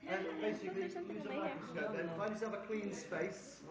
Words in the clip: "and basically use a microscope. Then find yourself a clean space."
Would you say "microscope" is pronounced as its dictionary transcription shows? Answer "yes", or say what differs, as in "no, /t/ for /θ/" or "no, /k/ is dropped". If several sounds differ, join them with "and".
no, /ɹ/ is dropped